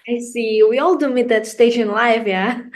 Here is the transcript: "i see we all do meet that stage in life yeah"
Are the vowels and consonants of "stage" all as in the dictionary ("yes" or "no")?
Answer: no